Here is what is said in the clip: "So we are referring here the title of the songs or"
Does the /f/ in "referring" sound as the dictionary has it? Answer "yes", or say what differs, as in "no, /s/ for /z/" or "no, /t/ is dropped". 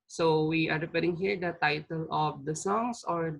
no, /p/ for /f/